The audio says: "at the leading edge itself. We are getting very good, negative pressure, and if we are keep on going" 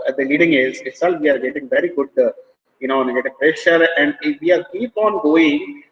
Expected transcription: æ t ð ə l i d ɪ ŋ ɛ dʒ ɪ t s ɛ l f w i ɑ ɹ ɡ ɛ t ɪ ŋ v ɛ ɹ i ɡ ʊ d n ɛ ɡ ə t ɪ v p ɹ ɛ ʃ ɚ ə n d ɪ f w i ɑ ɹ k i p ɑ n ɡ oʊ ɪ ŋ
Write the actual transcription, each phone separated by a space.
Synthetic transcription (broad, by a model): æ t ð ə l i d ɪ ŋ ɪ z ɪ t s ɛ l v i ɑ ɹ ɡ ɛ t ɪ ŋ v ɛ ɹ i ɡ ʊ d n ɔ ɡ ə t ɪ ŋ p ɹ ɛ ʃ ɚ ə n d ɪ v i ɑ ɹ k i p ɑ n ɡ oʊ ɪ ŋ